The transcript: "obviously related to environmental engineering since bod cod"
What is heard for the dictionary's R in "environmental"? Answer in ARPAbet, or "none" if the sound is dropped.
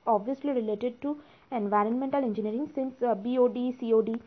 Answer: R